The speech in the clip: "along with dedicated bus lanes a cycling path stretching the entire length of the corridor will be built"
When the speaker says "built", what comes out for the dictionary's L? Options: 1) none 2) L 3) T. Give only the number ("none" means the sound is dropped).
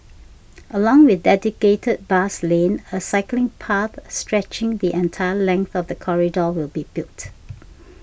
1